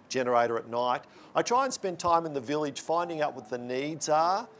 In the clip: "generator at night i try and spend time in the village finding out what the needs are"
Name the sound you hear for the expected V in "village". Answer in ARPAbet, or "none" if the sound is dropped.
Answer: V